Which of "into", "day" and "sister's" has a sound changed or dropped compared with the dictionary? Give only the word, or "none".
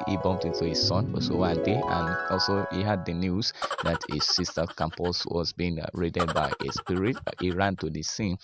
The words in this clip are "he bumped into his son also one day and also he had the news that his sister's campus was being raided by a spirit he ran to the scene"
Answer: sister's